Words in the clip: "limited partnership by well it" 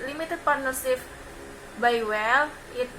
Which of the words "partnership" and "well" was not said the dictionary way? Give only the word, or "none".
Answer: partnership